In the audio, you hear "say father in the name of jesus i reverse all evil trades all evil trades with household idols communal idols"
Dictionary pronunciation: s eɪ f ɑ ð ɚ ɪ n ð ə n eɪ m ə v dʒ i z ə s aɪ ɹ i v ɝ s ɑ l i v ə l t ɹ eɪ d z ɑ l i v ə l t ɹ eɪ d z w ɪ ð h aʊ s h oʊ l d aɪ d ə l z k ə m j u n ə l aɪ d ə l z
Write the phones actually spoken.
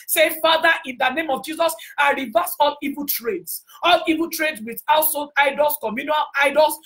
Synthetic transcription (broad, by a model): s eɪ f ɑ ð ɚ ɪ n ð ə n eɪ m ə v dʒ i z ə s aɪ ɹ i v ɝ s ɑ l i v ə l t ɹ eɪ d s ɑ l i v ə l t ɹ eɪ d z w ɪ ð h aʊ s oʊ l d aɪ d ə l s k ə m j u n ə l aɪ d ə l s